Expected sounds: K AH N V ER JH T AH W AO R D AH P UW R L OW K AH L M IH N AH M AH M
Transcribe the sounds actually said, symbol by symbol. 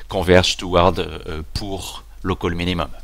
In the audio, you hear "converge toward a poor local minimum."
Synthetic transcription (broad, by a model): K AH V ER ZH T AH W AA R D P UW R L OW K AH L M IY N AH M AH M